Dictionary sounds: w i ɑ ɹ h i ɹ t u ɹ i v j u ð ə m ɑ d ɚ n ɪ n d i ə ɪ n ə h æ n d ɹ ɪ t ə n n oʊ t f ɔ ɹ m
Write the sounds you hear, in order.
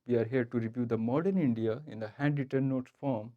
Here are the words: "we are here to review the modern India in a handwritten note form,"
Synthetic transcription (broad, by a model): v i ɑ ɹ h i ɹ t u ɹ i v j u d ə m ɑ d ɚ n ɪ n d i ə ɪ n ə h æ n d ɪ t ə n n oʊ t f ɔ ɹ m